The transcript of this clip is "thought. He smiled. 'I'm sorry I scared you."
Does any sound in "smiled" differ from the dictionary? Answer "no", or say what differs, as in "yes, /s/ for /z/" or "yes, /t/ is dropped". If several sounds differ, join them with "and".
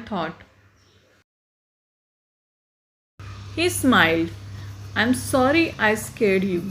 no